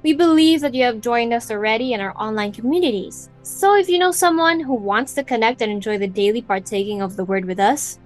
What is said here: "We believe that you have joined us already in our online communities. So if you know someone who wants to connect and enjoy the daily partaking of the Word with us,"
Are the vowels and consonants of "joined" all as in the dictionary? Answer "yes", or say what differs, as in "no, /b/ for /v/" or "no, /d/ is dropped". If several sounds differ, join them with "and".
yes